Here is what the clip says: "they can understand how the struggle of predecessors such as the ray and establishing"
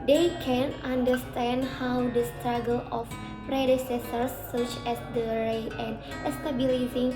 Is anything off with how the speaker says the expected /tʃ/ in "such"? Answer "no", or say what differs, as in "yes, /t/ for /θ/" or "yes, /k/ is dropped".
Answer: no